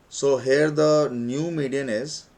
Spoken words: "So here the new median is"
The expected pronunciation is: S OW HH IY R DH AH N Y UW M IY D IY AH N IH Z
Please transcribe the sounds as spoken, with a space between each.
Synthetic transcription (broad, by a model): S OW HH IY R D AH N Y UW M IY D IY AH N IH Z